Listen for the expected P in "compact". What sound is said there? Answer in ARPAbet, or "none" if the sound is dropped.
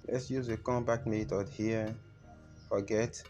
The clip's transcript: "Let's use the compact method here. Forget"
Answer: B